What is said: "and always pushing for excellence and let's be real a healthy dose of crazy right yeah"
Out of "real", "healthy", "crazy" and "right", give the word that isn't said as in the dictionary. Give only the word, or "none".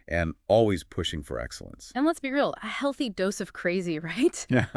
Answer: none